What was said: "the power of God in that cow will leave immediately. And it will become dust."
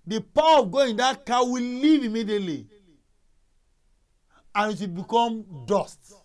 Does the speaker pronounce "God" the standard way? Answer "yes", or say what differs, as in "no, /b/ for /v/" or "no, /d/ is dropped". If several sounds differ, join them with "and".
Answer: no, /d/ is dropped